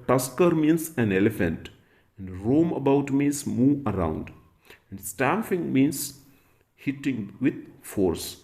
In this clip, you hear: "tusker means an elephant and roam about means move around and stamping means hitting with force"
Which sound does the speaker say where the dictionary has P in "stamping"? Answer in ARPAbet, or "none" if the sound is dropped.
F